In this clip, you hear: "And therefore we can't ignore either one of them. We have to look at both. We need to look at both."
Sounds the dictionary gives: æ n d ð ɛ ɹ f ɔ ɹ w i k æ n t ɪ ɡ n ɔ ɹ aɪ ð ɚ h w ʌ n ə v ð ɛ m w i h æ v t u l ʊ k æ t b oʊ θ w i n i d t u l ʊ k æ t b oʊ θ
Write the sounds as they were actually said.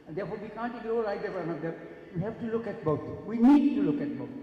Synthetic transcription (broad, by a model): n d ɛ ɹ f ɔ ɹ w i k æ n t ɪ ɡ ɔ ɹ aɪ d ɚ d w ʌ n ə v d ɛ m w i h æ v t u l ʊ k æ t b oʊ t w i n i d t u l ʊ k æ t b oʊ